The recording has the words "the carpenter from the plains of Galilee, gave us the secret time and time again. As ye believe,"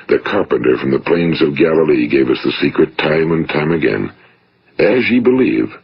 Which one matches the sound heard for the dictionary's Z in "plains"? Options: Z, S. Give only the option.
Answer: Z